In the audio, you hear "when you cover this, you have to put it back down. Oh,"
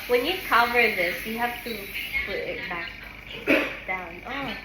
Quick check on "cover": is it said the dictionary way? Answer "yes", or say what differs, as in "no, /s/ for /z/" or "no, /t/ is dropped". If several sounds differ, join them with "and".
yes